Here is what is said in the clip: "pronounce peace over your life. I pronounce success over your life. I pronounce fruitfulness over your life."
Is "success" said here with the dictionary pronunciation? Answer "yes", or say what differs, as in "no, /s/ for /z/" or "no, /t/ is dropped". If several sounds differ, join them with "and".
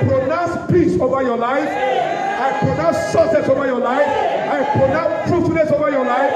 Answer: no, /k/ is dropped